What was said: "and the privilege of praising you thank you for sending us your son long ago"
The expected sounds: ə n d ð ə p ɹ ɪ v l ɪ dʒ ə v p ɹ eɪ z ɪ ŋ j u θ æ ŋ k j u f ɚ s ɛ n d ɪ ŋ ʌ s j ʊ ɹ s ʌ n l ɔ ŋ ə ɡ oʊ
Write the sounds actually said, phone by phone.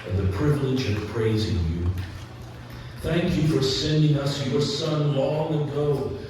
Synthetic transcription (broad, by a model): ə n ð ə p ɹ ɪ v l ɪ dʒ ə v p ɹ eɪ z ɪ ŋ j u θ æ ŋ k j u f ɚ s ɛ n d ɪ ŋ ʌ s j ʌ ɹ s ʌ n l ɔ ŋ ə ɡ oʊ